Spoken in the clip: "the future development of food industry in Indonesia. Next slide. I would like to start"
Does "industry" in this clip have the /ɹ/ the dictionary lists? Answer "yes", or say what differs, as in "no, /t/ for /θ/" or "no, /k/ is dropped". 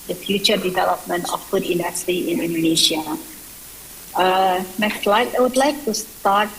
no, /ɹ/ is dropped